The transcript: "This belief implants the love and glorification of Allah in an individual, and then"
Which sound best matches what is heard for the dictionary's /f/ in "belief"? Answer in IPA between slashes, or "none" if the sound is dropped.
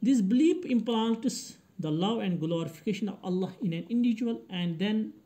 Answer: /p/